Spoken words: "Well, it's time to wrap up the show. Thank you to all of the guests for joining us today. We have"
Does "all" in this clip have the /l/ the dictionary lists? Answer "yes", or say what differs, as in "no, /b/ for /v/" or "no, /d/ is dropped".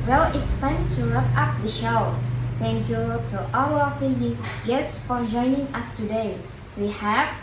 no, /w/ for /l/